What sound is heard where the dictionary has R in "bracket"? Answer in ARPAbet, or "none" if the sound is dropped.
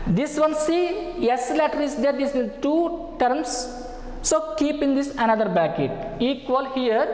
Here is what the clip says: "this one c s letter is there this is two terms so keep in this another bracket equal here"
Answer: none